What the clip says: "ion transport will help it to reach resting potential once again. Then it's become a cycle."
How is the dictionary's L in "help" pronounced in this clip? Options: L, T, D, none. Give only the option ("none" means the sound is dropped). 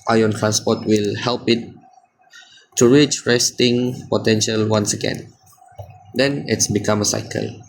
L